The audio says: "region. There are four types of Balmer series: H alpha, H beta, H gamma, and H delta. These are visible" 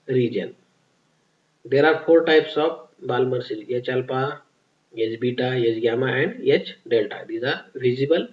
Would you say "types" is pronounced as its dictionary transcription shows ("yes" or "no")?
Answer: yes